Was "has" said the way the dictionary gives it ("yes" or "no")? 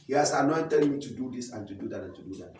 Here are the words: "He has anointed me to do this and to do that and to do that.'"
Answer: no